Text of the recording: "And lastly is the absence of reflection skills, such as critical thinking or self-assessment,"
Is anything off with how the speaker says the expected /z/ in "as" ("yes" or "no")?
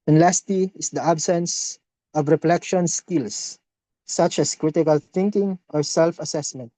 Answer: yes